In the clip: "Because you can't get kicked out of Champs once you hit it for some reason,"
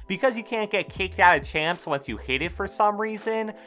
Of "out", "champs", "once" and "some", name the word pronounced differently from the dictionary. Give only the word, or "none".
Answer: none